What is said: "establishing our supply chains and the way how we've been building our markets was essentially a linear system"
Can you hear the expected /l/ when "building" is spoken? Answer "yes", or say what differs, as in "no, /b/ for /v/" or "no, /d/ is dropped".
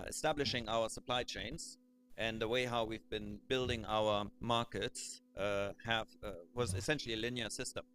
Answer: yes